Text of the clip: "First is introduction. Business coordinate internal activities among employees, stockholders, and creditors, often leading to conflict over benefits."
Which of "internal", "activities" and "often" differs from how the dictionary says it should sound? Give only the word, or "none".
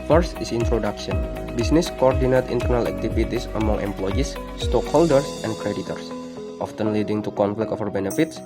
activities